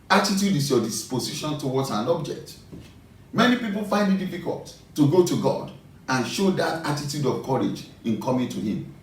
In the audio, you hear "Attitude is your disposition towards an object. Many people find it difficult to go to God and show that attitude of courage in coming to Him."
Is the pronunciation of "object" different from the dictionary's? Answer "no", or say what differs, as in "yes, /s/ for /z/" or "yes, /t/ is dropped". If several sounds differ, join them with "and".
no